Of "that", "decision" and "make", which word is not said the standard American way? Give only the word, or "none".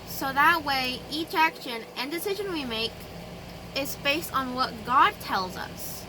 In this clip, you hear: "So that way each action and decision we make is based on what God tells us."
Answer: none